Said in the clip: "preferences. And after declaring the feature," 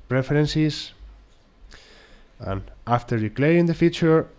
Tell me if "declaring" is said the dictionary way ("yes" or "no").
no